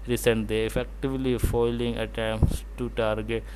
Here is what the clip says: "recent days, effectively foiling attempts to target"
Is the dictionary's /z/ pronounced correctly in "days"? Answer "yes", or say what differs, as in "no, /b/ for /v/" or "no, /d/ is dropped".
no, /z/ is dropped